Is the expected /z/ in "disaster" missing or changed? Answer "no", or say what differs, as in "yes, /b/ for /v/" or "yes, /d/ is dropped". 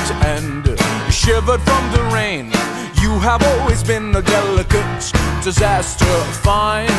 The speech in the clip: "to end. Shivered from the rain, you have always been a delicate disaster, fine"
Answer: no